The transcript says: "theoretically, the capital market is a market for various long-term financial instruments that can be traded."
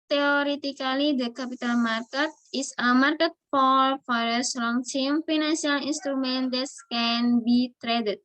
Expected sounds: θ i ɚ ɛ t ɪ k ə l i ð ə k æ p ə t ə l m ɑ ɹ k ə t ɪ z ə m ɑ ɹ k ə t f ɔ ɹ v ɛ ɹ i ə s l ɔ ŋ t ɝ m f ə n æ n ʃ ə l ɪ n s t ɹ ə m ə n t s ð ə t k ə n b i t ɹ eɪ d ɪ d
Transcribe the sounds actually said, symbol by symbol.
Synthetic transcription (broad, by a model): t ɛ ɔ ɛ t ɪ k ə l i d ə k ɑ p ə t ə l m ɑ ɹ k ə t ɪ s ə m ɑ ɹ k ə t f ɔ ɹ f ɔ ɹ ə s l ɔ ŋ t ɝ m f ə n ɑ n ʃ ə l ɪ n s t ɹ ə m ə n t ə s k ə n b i t ɹ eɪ d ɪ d